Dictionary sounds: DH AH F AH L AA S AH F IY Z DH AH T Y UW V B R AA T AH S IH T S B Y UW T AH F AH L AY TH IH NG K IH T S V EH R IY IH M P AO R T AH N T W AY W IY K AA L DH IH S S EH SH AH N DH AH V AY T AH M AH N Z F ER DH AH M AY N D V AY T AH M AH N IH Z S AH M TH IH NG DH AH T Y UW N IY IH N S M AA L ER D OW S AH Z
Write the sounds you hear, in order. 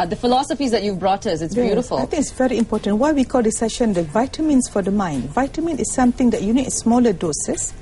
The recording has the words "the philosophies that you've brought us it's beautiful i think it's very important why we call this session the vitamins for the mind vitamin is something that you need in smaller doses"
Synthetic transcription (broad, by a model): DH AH F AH L AA S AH F IY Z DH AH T Y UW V B R AA T AH S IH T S B Y UW T AH F AH L AY T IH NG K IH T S V EH R IY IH M P AO T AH N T W AY W IY K AA L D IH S S EH SH AH N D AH V AY T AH M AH N S F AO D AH M AY N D V AY T AH M AH N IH S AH M T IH NG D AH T Y UW N IY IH S M AA L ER D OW S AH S